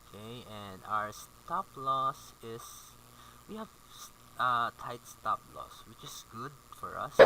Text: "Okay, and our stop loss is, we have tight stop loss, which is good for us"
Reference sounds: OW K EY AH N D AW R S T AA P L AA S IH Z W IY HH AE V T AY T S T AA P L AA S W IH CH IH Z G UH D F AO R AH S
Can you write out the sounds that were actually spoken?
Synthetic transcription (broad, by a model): K EY AH N D AW R S T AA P L AA S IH S W IY HH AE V T AY T S T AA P L AA S W IH CH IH S G UH D F AO R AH S